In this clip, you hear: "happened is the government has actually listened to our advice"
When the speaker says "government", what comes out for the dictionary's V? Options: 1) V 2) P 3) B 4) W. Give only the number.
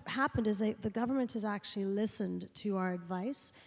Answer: 1